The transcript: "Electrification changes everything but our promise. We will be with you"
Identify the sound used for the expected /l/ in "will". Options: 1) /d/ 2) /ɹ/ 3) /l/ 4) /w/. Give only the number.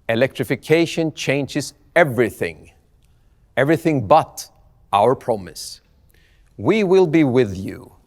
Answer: 3